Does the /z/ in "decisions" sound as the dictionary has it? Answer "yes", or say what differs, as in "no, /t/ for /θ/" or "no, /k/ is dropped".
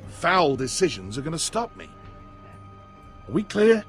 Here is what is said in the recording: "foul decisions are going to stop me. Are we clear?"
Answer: yes